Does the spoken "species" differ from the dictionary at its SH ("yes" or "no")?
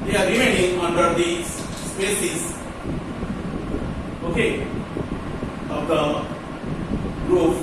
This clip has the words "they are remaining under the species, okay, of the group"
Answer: yes